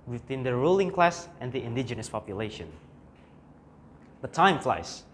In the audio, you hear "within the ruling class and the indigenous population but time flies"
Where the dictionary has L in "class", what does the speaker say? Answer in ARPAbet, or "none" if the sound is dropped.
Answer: L